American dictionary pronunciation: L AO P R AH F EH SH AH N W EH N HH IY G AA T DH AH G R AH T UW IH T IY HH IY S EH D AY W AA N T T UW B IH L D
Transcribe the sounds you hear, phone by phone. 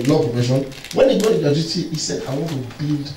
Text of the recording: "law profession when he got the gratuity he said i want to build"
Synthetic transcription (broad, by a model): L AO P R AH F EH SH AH N W EH N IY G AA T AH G AH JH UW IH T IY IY S EH D AY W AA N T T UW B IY L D